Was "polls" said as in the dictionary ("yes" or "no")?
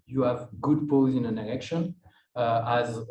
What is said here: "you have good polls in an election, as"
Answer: no